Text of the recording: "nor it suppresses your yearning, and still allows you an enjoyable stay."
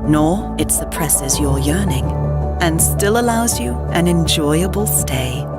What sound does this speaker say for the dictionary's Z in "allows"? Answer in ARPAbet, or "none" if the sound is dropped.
Z